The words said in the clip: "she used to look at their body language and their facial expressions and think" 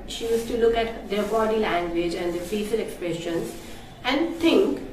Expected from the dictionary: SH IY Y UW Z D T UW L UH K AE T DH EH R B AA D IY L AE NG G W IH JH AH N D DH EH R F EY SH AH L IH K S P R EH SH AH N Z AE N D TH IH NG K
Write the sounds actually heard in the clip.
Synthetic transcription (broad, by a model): SH IY Y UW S T UW L UH K AE T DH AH B AA D IY L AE NG G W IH JH AH N D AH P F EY S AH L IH K S P R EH SH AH N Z AE N D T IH NG K